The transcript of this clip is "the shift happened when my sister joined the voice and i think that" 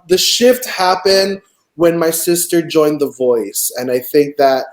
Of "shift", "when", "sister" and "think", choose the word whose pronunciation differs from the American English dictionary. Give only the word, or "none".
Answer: none